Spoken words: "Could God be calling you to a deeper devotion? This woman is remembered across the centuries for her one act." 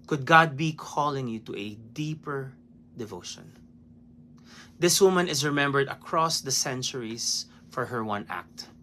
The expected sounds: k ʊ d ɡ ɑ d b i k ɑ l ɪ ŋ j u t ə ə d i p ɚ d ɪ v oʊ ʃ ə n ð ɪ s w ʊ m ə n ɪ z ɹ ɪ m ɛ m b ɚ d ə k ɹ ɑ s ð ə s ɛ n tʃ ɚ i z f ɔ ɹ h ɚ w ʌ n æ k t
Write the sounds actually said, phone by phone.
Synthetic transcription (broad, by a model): k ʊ d ɡ ɑ d b i k ɑ l ɪ ŋ j u t ə ə d i p ɚ d ɪ v oʊ ʃ ə n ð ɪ s w ʊ m ə n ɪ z ɹ ɪ m ɛ m b ɚ d ə k ɹ ɑ s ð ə s ɛ n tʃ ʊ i s f ɔ ɹ h ɚ w ʌ n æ k t